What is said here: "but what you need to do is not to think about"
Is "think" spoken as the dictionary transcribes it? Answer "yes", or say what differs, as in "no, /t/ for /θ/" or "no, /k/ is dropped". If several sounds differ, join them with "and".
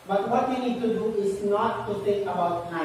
no, /s/ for /θ/